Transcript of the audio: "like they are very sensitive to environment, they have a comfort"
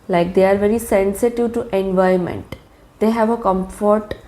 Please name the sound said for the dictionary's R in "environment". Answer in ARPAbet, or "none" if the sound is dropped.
none